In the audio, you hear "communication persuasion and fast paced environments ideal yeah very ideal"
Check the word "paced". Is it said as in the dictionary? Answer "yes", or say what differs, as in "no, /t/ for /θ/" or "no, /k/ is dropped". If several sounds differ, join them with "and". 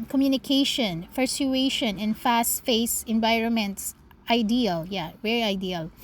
no, /f/ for /p/ and /t/ is dropped